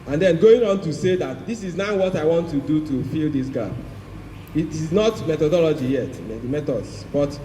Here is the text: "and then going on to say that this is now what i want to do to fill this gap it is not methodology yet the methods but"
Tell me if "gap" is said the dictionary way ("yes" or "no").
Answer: no